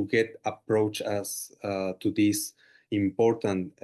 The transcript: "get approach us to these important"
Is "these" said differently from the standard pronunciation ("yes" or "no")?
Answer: yes